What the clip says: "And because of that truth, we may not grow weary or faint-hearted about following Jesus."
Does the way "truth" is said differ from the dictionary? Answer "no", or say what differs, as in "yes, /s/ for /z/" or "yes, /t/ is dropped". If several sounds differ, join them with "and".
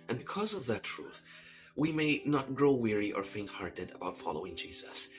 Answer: no